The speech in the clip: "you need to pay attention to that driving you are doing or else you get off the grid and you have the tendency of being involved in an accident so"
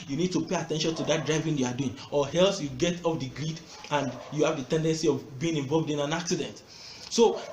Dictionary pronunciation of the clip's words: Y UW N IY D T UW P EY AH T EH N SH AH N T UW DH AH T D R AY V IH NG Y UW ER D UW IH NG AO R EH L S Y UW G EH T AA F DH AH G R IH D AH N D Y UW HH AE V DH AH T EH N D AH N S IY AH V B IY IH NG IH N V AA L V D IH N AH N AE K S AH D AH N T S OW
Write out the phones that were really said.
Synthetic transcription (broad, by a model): Y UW N IY D T UW P EY AH T EH N SH AH N T UW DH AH T D R AY V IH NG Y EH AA D UW IH NG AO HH EH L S Y UW G EH T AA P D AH G R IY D AH N D Y UW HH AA V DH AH T EH N D AH N S IY AH V B IY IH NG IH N V AA L V D IH N AH N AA K S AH D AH N T S OW